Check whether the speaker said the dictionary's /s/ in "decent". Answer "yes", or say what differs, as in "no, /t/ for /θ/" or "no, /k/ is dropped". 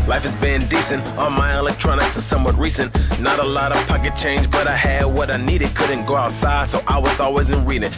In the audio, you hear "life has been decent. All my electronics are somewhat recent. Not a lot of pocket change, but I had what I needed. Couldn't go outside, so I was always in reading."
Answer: yes